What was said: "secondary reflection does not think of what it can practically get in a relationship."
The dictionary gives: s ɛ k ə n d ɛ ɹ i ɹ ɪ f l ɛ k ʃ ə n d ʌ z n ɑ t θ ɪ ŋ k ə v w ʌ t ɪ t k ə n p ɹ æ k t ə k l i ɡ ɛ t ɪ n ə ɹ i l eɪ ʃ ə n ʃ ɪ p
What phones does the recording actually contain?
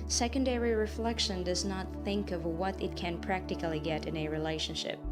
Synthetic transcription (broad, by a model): s ɛ k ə n d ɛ ɹ i ɹ ɪ f l ɛ k ʃ ə n d ʌ z n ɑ t θ ɪ ŋ k ə v w ʌ t ɪ t k ə n p ɹ æ k t ə k l i ɡ ɛ t ɪ n ə ɹ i l eɪ ʃ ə n ʃ ɪ p